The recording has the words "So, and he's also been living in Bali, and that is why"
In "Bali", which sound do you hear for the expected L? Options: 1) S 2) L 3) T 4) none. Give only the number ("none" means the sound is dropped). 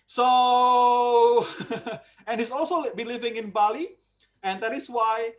2